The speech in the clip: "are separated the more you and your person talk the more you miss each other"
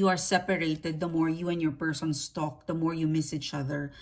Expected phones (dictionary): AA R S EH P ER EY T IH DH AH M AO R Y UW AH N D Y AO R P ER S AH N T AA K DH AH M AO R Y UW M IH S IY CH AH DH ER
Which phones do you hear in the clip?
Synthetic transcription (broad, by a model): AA R S EH P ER EY T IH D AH M AO R Y UW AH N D Y AO R P ER S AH N T AA K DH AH M AO R Y UW M IH S IY CH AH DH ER